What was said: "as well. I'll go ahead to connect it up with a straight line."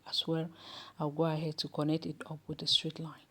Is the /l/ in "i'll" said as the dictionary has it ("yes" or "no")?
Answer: no